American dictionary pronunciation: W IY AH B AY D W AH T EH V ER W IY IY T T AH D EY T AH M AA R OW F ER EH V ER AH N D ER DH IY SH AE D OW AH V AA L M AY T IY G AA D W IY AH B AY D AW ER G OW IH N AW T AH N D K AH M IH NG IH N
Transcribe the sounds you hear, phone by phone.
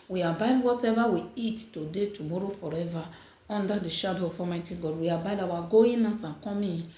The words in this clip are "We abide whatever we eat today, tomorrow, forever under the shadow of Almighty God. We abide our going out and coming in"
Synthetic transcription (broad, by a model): W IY AH B AY D W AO T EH V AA W IY IY T T AH D EY T AH M AA R OW F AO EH V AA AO N D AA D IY SH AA D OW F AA M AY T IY G AA D W IY AH B AY D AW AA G OW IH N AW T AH K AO M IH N